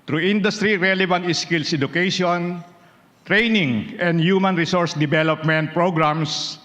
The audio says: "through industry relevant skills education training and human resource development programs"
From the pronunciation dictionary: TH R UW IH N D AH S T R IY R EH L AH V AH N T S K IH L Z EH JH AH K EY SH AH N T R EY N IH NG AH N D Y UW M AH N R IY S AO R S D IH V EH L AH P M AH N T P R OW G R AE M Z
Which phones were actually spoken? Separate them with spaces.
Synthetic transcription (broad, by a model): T R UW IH N D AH S T R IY R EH L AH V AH N T S K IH L S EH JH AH K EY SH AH N T R EY N IH NG AH N D Y UW M AH N R IY S AO R S D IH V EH L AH P M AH N T P R OW G R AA M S